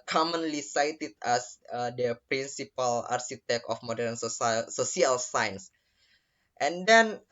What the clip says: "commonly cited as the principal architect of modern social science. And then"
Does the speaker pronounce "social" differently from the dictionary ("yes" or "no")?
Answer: yes